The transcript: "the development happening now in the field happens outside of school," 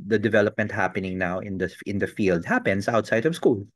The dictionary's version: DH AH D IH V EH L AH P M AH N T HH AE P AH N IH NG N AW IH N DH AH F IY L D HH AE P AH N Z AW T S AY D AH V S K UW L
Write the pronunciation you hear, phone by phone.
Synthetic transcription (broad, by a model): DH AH D IH V EH L AH P M AH N T HH AE P AH N IH NG N AW IH N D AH F IY L D HH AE P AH N S AW T S AY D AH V S K UW L